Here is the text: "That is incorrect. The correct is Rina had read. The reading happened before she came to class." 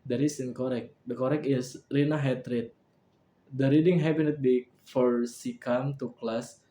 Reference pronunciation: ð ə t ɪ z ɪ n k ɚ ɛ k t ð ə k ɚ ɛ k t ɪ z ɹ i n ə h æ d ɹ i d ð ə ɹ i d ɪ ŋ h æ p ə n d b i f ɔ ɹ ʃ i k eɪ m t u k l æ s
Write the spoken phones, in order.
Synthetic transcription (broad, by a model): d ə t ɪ s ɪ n k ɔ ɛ k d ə k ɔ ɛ k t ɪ s ɹ i n ə h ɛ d ɹ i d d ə ɹ i d ɪ ŋ h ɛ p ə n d b i f ɔ ɹ s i k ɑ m t u k l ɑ s